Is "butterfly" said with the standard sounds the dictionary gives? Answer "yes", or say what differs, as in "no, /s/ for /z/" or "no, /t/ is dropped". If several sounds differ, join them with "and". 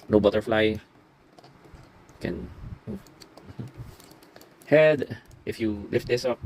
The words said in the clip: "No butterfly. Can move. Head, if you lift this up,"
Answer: yes